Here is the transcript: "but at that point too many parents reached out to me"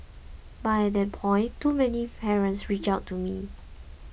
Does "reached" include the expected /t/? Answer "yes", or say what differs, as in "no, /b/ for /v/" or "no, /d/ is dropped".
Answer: no, /t/ is dropped